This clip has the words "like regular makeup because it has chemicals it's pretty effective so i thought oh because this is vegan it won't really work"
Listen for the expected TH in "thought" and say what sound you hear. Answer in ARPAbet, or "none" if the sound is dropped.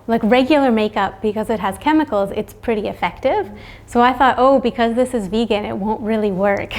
TH